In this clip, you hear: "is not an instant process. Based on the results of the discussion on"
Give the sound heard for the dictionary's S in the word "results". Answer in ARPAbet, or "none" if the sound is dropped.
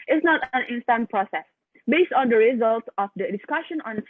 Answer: none